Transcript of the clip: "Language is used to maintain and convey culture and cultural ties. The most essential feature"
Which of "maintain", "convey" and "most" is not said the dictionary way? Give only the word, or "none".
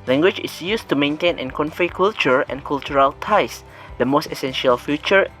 convey